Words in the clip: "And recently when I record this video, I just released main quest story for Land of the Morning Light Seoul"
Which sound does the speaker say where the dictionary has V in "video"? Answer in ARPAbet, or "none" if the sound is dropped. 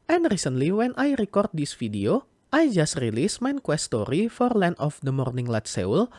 F